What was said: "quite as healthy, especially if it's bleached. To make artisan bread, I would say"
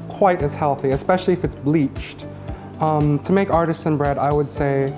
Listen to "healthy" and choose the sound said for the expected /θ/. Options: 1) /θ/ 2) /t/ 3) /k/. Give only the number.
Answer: 1